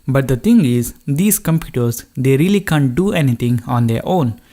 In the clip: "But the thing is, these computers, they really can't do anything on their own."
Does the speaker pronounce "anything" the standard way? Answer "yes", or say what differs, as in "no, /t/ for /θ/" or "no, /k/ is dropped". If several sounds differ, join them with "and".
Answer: no, /t/ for /θ/